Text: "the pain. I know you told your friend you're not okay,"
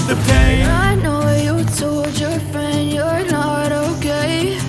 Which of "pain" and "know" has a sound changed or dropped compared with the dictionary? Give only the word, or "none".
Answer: pain